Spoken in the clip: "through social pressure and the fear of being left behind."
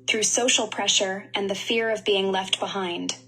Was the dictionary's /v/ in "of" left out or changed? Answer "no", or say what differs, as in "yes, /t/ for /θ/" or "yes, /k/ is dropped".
no